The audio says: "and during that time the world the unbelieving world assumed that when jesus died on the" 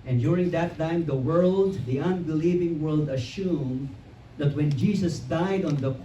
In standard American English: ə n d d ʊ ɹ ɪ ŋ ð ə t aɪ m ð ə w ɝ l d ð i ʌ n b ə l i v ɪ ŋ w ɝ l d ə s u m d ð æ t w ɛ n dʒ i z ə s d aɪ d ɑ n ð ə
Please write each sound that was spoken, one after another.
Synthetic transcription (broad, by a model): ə n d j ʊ ɹ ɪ ŋ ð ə t aɪ m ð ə w ɝ l d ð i ʌ n b ə l i v ɪ ŋ w ɝ l d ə ʃ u m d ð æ t w ɛ n dʒ i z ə s d aɪ d ɑ n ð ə